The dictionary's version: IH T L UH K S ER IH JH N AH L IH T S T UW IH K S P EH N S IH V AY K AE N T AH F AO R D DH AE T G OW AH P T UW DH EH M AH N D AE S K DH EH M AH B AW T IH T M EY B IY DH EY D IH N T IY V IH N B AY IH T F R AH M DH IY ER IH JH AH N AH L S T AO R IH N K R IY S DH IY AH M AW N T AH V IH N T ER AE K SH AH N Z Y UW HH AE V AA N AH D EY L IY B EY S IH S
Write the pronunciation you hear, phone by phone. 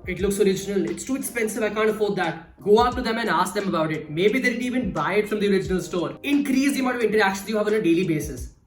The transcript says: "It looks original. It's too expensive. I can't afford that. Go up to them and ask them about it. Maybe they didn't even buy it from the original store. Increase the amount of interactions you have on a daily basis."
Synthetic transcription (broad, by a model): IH T L UH K S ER IH JH N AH L IH T S T UW IH K S P EH N S IH V AY K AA N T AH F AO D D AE T G OW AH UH T UW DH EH M AH N D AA S K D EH M AH B AW T IH T M EY B IY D EY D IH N IY V IH N B AY IH T F R AH M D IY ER IH JH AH N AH L S T AO R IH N K R IY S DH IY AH M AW T AH V IH N T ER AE K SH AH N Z Y UW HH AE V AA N AH D EY L IY B EY S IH S